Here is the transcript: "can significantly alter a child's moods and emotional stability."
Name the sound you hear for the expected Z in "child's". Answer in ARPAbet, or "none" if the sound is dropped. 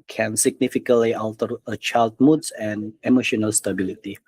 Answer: none